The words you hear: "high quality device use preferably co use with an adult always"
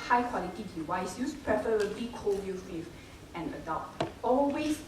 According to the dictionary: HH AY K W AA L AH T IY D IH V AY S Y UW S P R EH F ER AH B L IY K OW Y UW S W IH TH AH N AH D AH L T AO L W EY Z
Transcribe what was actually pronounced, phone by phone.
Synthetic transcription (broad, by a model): HH AY K W AA L AH T IY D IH W AY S Y UW S P R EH F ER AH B L IY K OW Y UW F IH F AH N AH D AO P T AO L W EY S